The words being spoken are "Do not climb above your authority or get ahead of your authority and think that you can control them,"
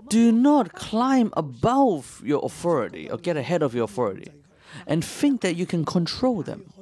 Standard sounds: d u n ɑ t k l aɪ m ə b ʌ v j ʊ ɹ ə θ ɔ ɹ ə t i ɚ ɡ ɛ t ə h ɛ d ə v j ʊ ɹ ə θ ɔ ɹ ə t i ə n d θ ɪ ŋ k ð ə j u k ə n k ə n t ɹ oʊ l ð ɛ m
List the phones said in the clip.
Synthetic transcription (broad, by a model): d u n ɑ t k l aɪ m ə b ʌ v j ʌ ɹ ə θ ɔ ɹ ə t i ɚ ɡ ɛ t ə h ɛ d ə v j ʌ ɹ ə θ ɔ ɹ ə t i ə n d θ ɪ ŋ k ð ə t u k ə n k ə n t ɹ oʊ l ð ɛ m